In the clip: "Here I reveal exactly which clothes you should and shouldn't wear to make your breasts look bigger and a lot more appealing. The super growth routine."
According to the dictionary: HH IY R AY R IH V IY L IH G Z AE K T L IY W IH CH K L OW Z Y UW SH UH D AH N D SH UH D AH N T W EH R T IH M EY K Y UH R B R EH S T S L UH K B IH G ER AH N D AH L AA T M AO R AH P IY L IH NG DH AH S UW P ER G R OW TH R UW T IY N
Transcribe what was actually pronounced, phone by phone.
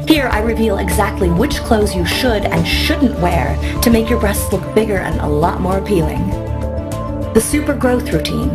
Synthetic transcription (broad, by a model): HH IY R AY R IH V IY L IH G Z AE K T L IY W IH CH K L OW Z Y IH SH UH D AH N SH UH D N T W EH R T IH M EY K Y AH R B R EH S T S L UH K B IH G ER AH N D AH L AA T M AO R AH P IY L IH NG DH AH S UW P ER G R OW TH R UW T IY N